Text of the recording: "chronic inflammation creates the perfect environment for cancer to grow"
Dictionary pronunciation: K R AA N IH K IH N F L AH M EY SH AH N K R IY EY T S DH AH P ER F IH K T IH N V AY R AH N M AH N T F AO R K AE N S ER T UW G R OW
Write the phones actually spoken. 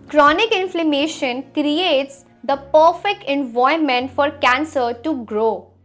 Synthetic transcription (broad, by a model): K R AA N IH K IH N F L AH M EY SH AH N K R IY EY T S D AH P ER F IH K T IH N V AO AH M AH N T F AO R K AE N S ER T UW G R OW